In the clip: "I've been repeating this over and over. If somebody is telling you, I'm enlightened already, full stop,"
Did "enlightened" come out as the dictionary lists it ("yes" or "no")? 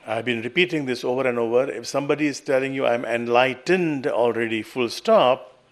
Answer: yes